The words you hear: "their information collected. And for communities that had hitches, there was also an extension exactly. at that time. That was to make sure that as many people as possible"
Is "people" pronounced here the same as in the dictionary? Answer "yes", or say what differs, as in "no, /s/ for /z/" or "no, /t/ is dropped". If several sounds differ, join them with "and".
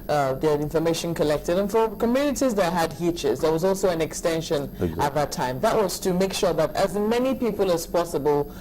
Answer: yes